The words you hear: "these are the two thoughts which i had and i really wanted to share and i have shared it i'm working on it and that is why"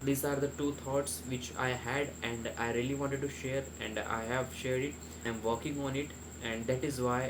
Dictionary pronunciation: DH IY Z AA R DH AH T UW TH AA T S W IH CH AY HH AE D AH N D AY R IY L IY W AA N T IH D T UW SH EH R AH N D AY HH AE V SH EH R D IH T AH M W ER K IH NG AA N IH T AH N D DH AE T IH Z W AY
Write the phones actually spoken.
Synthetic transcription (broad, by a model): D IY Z AA R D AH T UW T AA T S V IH CH AY HH AE D AH N D AY R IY L IY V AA N T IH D T UW SH EH R AH N D AY HH AE V SH EH R D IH T AH M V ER K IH NG AA N IH T AH N D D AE T IH Z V AY